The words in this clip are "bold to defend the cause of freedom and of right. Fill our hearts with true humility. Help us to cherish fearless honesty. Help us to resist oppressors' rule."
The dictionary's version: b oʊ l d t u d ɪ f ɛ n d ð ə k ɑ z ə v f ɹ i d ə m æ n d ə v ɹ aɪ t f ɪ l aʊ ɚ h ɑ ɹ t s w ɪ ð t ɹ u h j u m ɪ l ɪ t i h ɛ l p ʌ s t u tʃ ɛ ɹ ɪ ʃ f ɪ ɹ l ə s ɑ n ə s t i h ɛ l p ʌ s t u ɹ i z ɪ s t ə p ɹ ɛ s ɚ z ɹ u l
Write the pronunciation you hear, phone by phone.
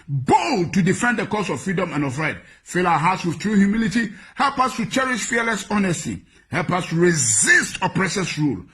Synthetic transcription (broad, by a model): b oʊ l t u d ɪ f ɛ n d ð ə k ɑ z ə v f ɹ i d ə m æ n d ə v ɹ aɪ t f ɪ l aʊ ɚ h ɑ t s w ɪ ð t ɹ u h j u m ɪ l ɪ t i h ɛ l p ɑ s t u tʃ ɛ ɹ ɪ ʃ f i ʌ l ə s ɑ n ə s t i h ɛ l p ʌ s t u ɹ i z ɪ s t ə p ɹ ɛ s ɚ s ɹ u l